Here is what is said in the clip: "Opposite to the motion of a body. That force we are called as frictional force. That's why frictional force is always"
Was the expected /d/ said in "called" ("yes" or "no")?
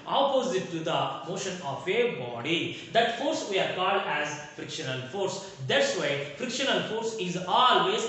yes